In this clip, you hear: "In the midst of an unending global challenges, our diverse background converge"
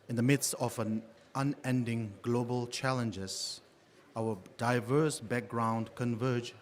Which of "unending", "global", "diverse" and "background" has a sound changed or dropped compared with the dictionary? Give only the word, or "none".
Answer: none